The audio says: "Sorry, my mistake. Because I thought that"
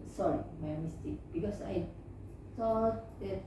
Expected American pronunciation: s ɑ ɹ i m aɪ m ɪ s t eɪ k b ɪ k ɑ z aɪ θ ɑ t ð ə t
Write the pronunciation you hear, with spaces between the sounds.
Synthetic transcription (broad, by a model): s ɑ ɹ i m aɪ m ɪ s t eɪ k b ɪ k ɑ s aɪ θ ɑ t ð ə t